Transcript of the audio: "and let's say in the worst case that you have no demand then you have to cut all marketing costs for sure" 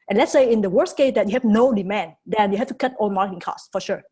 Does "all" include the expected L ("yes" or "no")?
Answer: no